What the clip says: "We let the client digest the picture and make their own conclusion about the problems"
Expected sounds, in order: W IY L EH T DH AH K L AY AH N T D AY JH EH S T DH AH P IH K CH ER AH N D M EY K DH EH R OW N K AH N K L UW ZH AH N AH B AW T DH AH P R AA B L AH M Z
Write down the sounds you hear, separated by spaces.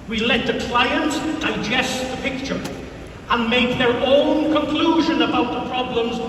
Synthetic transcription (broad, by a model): W IY L EH T DH AH K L AY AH N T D AY JH EH S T DH AH P IH K CH ER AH N M EY K DH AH R OW N K AH N K L UW ZH AH N AH B AW T DH AH P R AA B L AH M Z